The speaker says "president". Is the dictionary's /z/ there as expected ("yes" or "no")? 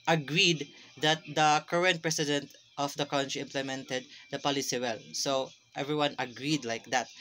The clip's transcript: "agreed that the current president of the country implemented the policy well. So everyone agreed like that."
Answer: no